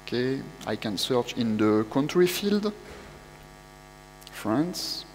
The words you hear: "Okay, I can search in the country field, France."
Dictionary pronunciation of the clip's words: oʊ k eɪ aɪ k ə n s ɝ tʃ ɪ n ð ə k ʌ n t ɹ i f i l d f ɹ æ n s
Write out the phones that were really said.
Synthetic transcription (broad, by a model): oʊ k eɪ aɪ k ə n s ɝ tʃ ɪ n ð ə k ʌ n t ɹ i f i l d f ɹ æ n s